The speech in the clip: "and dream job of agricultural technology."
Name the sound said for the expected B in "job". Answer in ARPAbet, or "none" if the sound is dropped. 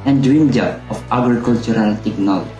none